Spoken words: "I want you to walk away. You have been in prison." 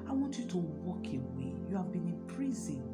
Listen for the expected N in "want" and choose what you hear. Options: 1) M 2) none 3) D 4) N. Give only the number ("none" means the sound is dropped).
2